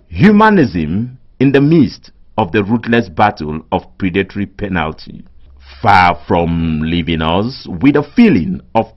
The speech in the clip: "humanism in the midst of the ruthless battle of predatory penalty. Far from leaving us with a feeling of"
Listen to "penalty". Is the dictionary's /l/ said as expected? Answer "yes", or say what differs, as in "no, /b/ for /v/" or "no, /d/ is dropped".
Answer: yes